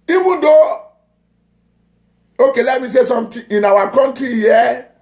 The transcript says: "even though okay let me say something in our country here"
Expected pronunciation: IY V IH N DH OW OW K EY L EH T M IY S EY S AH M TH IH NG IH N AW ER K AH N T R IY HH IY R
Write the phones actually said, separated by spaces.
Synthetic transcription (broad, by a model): IY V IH N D OW OW K EY L EH T M IY S EY S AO M T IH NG IH N AW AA K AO N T R IY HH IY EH